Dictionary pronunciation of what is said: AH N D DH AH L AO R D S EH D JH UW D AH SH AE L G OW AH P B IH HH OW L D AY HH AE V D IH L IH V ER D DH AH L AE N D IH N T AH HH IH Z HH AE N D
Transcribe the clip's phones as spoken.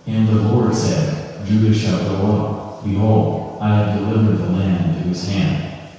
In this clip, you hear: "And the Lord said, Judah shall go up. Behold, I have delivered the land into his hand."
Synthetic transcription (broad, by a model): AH N DH AH L AO R D S EH D JH UW D AH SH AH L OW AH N B IH HH OW L D AY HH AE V D IH L IH V ER D DH AH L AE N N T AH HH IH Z HH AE N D